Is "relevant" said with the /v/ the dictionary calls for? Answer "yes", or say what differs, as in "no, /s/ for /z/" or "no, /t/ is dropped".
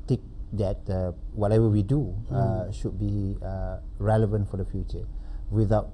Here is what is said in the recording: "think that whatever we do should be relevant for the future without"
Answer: yes